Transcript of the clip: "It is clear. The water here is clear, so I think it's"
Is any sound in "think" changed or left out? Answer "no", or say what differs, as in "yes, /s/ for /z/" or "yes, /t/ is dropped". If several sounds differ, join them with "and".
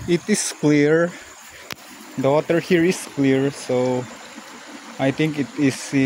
yes, /t/ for /θ/